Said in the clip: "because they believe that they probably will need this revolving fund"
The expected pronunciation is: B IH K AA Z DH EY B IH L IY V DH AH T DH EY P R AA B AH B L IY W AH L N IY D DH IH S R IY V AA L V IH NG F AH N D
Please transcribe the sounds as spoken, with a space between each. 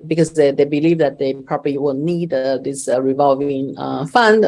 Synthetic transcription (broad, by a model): B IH K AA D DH EY B IH L IY V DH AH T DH EY P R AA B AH L IY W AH N N IY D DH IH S R IY V AA L V IH NG F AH N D